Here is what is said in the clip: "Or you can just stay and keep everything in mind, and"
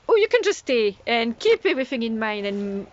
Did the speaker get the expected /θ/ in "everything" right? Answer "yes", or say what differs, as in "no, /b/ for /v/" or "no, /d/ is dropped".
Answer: yes